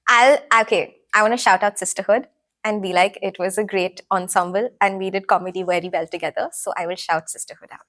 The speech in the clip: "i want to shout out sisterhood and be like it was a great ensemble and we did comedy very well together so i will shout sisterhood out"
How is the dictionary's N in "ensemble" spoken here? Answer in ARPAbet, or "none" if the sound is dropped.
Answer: N